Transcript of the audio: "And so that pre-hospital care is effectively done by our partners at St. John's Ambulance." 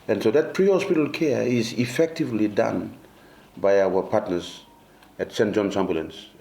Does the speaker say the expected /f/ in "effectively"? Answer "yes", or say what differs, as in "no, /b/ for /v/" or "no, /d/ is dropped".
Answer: yes